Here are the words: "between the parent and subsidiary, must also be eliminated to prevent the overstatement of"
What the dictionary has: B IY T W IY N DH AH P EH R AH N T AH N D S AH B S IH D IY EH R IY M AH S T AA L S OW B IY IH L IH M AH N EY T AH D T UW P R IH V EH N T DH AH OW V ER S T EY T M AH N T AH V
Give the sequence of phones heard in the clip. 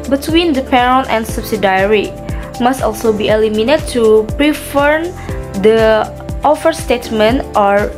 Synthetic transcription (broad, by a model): B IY T W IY N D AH P EH R AH N T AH N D S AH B S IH D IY R IY M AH S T AA L S OW B IY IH L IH M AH N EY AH T UW P R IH F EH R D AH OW F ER S T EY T M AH N T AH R